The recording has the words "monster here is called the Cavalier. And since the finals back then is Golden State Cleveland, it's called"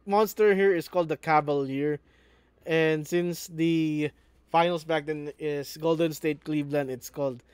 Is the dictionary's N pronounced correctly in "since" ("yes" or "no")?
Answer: yes